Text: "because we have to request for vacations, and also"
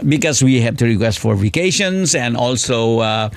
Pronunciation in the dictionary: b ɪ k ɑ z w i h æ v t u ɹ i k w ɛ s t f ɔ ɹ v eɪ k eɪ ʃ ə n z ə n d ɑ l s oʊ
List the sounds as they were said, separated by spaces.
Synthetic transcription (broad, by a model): b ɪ k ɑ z w i h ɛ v t u ɹ i k w ɛ s t f ɔ ɹ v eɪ k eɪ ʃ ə n s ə n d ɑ l s oʊ